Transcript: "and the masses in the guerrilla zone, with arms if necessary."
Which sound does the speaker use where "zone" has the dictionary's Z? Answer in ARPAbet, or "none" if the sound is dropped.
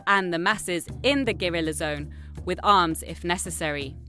Z